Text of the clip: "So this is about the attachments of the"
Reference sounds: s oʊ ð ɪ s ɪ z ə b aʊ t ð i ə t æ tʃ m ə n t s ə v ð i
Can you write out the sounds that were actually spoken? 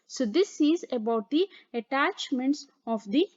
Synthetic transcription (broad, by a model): s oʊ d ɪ s ɪ z ə b aʊ t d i ə t æ tʃ m ə n t s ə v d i